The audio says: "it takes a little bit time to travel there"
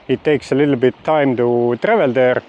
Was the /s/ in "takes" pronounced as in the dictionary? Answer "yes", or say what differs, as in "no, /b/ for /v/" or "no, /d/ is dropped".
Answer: yes